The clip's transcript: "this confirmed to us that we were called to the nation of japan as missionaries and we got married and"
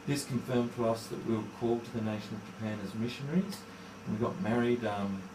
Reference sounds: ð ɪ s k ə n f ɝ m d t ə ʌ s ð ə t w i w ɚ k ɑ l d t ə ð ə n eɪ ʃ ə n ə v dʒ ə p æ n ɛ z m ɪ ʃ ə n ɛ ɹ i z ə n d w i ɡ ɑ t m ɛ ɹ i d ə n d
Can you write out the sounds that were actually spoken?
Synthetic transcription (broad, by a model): ð ɪ s k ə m f ɝ m t ə ʌ s ð ə t w i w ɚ k ɑ l t ə ð ə n eɪ ʃ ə n ə v dʒ ə p æ n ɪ z m ɪ ʃ ə n ɛ ɹ i z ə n w i ɡ ɑ t m ɛ ɹ i d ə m